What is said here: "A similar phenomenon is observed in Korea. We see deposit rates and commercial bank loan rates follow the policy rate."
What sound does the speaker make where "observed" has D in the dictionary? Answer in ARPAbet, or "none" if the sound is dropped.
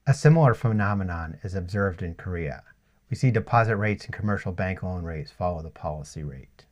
D